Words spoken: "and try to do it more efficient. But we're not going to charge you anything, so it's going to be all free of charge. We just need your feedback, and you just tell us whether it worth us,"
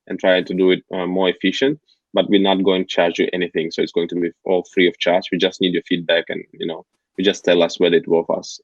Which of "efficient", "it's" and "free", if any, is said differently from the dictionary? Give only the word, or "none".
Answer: none